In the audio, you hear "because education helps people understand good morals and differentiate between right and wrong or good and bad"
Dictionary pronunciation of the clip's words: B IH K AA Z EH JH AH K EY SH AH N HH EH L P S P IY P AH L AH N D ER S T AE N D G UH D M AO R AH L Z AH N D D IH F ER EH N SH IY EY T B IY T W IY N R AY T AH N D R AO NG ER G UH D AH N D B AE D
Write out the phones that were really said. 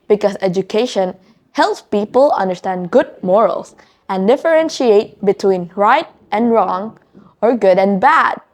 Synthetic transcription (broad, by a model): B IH K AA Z EH JH AH K EY SH AH N HH EH L P S P IY P AH L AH N D ER S T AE N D G UH D M AO R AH L S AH N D D IH F ER EH N SH IY EY T B IY T W IY N R AY T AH N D R AO NG ER G UH D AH N B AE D